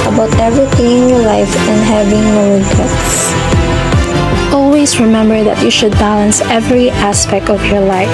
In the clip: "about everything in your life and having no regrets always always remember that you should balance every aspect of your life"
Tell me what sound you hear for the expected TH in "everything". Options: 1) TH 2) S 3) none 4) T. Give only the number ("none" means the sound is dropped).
4